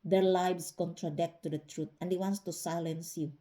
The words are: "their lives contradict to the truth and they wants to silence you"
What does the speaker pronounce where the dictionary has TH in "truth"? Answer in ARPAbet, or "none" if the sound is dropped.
T